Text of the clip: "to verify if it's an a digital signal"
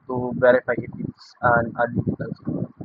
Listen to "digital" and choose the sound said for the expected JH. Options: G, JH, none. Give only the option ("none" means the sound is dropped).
none